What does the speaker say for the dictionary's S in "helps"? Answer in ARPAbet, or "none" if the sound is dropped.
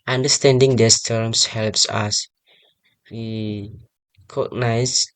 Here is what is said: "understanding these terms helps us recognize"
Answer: S